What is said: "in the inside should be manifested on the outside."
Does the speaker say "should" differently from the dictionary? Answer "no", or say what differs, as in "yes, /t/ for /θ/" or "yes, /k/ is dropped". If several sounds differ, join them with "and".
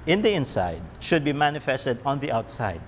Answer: no